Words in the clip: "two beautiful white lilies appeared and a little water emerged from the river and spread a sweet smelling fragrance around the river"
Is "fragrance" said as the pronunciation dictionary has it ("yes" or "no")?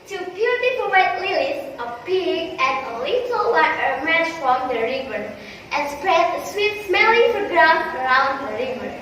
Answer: no